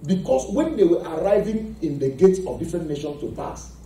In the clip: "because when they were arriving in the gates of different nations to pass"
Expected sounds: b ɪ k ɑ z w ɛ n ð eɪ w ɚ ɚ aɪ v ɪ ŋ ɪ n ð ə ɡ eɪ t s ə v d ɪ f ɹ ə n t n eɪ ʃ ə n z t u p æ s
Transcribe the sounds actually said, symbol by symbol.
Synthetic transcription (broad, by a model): b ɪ k ɑ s w ɛ n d eɪ w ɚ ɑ aɪ v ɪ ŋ ɪ n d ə ɡ eɪ t s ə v d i f ɹ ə n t n eɪ ʃ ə n s t u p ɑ s